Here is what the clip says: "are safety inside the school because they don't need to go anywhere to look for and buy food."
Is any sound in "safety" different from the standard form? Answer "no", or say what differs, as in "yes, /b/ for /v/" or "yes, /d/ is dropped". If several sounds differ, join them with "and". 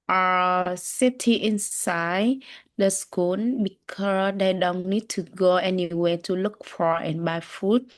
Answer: yes, /f/ is dropped